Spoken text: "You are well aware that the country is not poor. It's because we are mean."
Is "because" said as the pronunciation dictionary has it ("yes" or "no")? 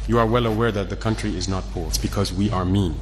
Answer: yes